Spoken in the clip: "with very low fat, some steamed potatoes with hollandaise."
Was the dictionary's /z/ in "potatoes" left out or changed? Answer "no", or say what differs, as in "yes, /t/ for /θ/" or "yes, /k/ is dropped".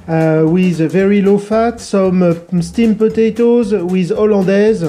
no